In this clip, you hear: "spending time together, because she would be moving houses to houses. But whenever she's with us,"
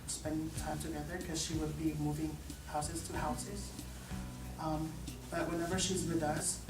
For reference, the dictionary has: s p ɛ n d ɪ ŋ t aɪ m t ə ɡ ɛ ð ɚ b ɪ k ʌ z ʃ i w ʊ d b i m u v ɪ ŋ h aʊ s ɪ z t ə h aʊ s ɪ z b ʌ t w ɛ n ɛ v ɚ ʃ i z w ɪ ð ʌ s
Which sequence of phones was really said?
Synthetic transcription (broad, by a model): s p ɛ n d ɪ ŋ t aɪ m t ə ɡ ɛ ð ɚ k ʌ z ʃ i w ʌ d b i m u v ɪ ŋ h aʊ s ɪ z t ə h aʊ s ɪ z b ʌ t w ɛ n ɛ v ɚ ʃ i z w ɪ ð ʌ s